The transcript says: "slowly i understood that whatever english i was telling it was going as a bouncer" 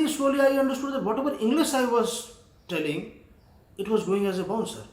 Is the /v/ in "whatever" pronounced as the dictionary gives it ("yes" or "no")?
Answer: no